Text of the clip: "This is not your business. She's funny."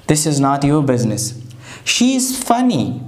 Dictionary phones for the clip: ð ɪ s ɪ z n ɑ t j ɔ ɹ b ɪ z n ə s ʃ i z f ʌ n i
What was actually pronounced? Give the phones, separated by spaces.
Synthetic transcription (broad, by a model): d ɪ s ɪ z n ɑ t j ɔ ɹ b ɪ z n ə s ʃ i z f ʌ n i